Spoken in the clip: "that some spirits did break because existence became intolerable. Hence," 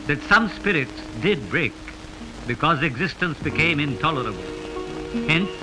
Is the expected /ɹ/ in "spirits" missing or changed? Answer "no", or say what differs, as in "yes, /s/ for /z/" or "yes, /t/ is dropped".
no